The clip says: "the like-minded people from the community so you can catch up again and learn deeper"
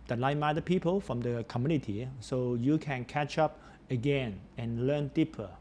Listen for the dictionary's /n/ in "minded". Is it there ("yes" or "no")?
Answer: no